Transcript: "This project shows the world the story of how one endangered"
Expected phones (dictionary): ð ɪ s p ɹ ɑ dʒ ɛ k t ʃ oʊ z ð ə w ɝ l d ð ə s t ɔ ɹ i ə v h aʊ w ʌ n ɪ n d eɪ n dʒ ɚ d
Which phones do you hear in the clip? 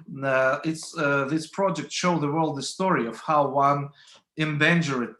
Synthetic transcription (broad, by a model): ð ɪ s p ɹ ɑ dʒ ɛ k t ʃ oʊ ð ə w ɝ l d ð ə s t ɔ ɹ i ə v h aʊ w ʌ n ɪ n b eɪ n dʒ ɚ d